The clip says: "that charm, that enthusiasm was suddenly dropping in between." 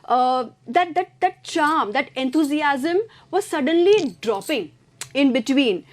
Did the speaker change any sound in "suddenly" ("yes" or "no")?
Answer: no